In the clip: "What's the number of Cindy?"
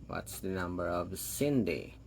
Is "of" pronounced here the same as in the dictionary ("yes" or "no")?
yes